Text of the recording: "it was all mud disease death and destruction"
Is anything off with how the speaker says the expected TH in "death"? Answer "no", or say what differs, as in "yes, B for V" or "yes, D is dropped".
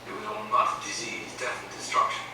yes, F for TH